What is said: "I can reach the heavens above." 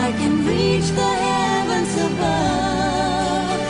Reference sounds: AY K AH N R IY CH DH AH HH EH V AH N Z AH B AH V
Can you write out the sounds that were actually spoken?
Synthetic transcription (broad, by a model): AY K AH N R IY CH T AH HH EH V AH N S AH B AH